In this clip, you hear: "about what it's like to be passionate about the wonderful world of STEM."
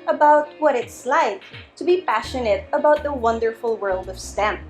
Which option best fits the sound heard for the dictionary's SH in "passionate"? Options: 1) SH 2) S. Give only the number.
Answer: 1